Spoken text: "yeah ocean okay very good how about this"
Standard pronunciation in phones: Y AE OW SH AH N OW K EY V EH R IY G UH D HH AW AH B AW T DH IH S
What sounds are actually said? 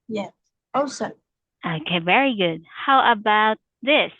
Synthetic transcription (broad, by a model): Y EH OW S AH OW K EY V EH R IY G UH D HH AW AH B AW T DH IH S